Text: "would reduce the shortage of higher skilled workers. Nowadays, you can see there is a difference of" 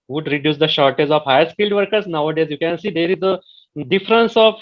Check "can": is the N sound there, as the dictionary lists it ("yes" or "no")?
yes